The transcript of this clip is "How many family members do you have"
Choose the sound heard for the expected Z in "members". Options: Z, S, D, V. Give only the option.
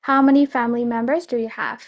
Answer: Z